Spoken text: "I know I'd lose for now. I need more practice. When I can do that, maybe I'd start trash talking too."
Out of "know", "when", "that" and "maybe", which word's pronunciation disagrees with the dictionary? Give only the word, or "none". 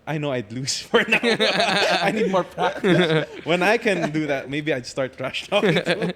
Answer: none